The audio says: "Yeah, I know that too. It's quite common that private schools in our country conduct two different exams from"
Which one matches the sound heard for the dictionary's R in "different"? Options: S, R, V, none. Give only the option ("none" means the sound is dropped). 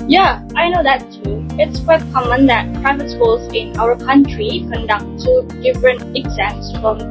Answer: R